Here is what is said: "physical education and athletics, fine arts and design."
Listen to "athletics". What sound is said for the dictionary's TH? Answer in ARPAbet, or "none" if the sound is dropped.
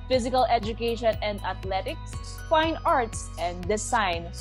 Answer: T